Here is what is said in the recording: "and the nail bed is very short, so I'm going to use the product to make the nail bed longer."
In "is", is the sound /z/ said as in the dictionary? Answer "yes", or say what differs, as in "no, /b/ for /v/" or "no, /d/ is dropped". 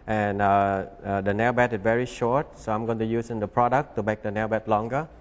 no, /s/ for /z/